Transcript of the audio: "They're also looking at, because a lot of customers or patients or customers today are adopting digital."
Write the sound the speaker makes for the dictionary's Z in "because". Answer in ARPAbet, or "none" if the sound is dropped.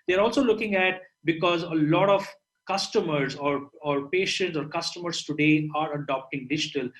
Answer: Z